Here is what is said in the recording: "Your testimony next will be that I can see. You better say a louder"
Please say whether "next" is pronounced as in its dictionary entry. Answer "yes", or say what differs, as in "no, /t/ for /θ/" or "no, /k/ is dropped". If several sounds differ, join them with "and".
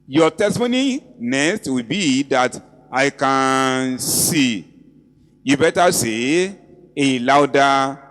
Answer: no, /k/ is dropped